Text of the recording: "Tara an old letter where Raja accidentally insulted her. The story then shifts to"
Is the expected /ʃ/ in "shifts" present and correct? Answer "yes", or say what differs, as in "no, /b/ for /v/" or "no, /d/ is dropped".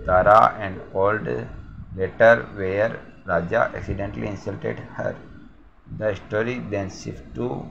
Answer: no, /s/ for /ʃ/